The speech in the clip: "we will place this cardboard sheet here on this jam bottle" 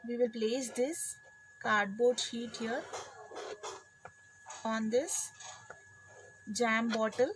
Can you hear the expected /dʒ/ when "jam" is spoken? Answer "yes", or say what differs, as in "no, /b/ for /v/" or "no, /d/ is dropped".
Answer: yes